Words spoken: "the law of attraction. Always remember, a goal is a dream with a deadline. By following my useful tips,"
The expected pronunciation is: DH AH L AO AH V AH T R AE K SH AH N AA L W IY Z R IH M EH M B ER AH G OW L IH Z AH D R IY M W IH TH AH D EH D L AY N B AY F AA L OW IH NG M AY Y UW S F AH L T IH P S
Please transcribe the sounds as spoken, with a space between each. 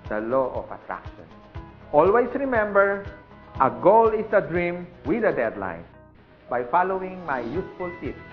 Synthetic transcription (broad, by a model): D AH L AO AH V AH T R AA K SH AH N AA L W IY S R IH M EH M B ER AH G OW L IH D AH D R IY M W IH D AH D EH D L AY N B AY F AA L OW IH NG M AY Y UW S F AH L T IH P